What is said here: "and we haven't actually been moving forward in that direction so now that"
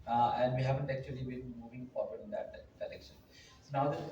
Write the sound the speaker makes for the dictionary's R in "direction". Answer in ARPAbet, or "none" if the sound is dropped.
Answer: L